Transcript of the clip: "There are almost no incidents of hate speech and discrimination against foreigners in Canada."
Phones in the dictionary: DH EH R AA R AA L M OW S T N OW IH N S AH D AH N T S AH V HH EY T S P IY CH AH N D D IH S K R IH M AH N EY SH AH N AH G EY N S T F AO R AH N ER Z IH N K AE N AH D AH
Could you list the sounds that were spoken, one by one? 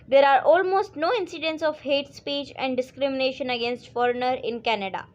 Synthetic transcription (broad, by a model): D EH R AA R AA L M OW S T N OW IH N S AH D AH N T S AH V HH EY T S P IY CH AH N D D IH S K R IH M AH N EY SH AH N AH G EY N S T F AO R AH N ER IH N K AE N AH D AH